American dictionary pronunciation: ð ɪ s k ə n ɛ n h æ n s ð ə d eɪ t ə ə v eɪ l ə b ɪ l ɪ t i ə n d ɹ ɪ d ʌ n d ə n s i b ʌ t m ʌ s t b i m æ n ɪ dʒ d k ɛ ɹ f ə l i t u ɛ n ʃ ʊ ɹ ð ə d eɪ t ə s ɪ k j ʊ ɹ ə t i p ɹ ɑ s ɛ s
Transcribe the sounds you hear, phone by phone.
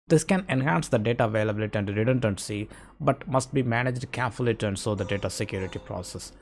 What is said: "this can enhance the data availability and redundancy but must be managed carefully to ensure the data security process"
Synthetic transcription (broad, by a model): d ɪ s k ə n ɛ n h æ n s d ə d eɪ t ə v eɪ l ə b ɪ l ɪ t i ə n d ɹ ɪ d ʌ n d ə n s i b ʌ t m ʌ s t b i m æ n ɪ dʒ d k ɛ ɹ f ə l i t u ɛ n s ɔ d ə d eɪ t ə s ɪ k j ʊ ɹ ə t i p ɹ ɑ s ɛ s